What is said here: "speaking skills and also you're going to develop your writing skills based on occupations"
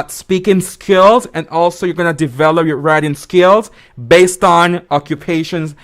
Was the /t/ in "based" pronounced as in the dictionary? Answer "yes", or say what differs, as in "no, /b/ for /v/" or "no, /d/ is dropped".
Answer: yes